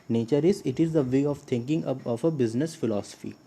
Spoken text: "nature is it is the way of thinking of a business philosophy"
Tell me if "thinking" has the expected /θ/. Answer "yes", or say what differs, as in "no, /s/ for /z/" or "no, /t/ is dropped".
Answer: no, /t/ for /θ/